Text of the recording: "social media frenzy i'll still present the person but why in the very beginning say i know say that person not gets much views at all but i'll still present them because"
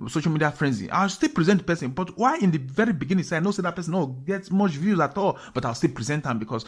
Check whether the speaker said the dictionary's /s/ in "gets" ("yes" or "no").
no